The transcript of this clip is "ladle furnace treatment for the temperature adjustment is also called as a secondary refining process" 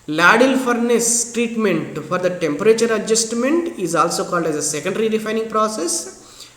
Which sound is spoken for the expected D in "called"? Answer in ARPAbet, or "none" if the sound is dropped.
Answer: D